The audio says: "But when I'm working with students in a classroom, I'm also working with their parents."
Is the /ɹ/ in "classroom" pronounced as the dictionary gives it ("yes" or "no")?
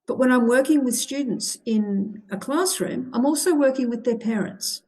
yes